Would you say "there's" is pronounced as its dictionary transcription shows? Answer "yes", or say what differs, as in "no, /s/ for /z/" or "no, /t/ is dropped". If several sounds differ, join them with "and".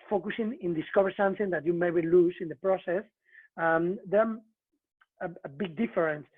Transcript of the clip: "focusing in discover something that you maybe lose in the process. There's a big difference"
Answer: no, /z/ is dropped